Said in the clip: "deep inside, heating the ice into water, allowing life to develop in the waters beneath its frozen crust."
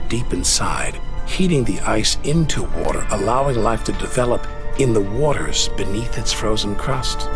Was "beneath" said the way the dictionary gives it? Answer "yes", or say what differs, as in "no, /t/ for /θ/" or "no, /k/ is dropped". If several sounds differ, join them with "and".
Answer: yes